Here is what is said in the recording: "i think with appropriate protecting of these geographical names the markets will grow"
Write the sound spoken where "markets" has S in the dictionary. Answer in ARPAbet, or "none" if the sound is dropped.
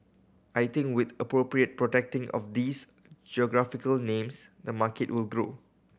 none